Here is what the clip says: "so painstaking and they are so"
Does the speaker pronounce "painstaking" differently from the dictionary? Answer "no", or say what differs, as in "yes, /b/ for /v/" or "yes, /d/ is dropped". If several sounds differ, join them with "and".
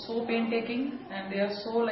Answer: yes, /s/ is dropped